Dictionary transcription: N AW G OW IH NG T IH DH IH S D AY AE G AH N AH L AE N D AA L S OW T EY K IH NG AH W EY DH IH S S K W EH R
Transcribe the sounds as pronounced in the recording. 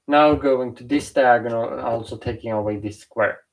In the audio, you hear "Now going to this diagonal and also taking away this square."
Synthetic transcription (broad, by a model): N AW G OW IH NG T IH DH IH S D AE G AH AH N AA L S OW T EY K IH NG AH W EY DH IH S S K W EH R